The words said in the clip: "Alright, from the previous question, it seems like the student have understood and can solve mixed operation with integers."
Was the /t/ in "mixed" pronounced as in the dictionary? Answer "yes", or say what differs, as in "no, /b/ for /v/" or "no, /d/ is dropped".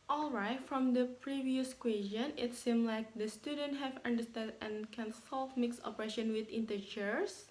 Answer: no, /t/ is dropped